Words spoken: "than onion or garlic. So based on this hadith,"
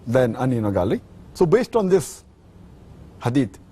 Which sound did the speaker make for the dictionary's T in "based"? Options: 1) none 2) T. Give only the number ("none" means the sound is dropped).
2